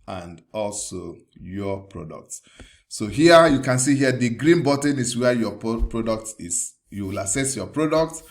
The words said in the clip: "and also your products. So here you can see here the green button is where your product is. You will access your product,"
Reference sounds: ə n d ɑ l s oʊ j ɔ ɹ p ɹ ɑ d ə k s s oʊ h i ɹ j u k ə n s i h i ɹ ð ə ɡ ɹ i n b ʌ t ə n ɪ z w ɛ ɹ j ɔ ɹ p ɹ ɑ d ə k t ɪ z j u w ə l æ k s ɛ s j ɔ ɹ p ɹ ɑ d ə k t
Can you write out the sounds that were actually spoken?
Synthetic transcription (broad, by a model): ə n d ɑ l s oʊ j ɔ p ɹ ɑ d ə k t s oʊ h i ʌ j u k ə n s i h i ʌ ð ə ɡ ɹ i n b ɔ t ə n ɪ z w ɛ j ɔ p ɹ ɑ d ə k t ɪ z j u w ə l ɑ s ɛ s j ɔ p ɹ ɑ d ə k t